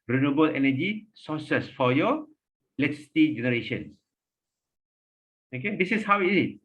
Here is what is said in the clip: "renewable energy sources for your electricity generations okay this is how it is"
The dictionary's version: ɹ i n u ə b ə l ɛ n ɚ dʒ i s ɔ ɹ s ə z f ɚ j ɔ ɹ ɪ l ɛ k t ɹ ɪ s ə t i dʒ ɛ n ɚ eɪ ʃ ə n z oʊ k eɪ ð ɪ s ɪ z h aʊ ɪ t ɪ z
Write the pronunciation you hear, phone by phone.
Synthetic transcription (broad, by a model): ɹ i n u b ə l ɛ n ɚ dʒ i s ɔ s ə s f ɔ j ɔ l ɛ t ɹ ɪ s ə t i dʒ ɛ n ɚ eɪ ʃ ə n s oʊ k eɪ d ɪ s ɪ s h aʊ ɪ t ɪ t